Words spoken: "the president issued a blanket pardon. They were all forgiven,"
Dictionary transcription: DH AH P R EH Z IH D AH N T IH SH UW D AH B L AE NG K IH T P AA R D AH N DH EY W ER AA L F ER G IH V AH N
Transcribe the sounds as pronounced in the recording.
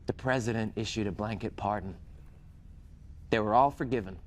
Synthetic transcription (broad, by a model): DH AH P R EH Z IH D AH N T IH SH UW D AH B L AE NG K IH T P AA R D N DH EY W ER AA L F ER G IH V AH N